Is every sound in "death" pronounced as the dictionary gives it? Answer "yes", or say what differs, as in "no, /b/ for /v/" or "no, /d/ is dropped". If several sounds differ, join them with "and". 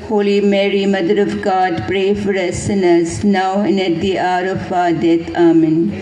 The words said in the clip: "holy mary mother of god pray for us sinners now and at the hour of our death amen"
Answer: no, /t/ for /θ/